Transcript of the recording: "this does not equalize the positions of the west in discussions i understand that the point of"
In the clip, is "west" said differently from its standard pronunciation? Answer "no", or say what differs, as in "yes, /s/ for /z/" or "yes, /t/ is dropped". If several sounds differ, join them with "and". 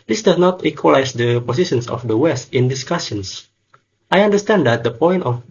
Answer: no